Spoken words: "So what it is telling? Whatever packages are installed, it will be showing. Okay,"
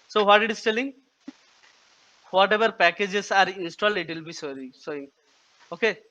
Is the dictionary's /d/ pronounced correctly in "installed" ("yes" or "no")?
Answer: yes